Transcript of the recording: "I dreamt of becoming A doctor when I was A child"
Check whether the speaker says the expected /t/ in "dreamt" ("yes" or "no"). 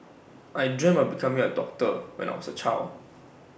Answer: no